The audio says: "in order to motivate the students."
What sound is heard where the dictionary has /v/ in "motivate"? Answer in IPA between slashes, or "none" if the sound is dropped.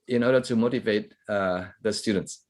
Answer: /v/